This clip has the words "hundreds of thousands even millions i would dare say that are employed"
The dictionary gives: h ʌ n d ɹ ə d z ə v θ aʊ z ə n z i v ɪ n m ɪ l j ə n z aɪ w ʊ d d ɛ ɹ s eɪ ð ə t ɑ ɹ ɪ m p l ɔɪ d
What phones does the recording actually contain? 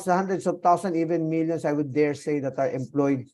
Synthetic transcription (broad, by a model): h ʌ n d ɹ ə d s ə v t aʊ s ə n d i v ɪ n m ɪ l j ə n s aɪ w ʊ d d ɛ ɹ s eɪ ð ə t ɑ ɹ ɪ m p l ɔɪ d